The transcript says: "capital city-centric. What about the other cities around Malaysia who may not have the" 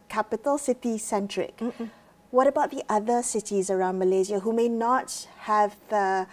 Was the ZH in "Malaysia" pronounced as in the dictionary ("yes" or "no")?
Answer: no